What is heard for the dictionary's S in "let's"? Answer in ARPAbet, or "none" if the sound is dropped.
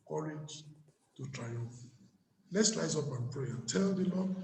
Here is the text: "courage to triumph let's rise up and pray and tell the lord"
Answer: S